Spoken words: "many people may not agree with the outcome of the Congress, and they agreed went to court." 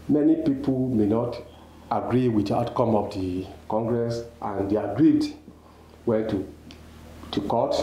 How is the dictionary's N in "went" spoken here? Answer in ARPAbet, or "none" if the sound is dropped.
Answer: none